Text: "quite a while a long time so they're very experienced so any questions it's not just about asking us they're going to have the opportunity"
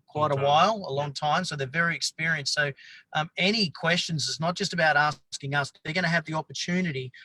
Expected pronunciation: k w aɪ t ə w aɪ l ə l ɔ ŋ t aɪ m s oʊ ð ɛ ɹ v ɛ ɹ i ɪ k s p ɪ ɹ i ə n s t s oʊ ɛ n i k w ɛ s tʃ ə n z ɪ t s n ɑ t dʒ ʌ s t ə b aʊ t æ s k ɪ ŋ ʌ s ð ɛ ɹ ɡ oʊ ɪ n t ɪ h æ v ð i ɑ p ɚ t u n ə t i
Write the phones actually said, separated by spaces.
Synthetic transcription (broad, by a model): k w aɪ t ə w aɪ l ə l ɔ ŋ t aɪ m s oʊ ð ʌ ɹ v ɛ ɹ i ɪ k s p ɪ ɹ i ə n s s oʊ ɛ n i k w ɛ s tʃ ə n z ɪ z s n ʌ t dʒ ʌ s t ə b aʊ t æ s k ɪ ŋ ʌ s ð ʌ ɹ ɡ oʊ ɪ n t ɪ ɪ v ð i ɑ p ɚ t u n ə t i